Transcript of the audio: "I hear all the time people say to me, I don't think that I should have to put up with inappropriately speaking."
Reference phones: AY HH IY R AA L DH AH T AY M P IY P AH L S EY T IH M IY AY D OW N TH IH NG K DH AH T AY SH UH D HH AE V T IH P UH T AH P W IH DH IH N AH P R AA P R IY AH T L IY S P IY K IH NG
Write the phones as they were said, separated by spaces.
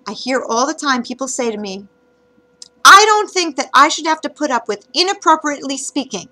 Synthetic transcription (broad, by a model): AY HH IY R AA L DH AH T AY M P IY P L S EY T IH M IY AY D OW N TH IH NG K DH AH T AY SH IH D HH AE F T IH P UH T AH P W IH DH IH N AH P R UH P R IY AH T L IY S P IY K IH NG